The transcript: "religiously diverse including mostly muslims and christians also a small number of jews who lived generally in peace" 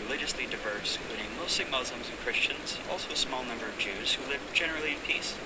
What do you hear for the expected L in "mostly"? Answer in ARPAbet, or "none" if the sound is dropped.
none